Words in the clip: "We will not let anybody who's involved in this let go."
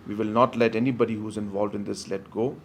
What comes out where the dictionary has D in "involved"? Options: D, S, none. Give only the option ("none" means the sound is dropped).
D